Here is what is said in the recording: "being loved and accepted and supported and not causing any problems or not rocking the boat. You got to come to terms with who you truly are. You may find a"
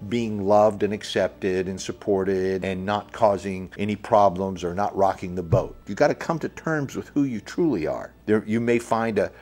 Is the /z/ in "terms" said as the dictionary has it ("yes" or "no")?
yes